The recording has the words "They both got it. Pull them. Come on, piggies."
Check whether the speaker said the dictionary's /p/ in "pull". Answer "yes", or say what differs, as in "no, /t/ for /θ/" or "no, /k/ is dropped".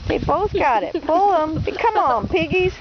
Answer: no, /b/ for /p/